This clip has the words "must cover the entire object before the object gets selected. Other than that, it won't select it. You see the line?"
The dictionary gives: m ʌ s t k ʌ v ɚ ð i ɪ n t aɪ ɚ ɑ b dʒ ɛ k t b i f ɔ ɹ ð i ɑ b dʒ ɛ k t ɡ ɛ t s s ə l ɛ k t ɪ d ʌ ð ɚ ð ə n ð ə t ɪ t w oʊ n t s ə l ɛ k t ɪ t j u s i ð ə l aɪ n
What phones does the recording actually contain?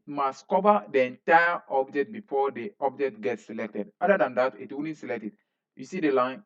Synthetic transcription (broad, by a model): m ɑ s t k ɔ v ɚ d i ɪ n t aɪ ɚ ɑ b dʒ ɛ k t b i f ɔ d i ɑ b dʒ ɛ k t ɡ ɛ t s s ə l ɛ k t ɪ d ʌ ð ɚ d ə n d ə t ɪ t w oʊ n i s ə l ɛ k t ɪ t j u s i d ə l aɪ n